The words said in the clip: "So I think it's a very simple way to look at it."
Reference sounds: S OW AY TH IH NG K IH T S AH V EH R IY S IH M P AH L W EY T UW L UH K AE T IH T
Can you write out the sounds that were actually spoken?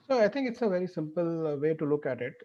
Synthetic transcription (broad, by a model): S OW AY T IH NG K IH T S AH V EH R IY S IH M P AH L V EY T UW L UH K AE T IH T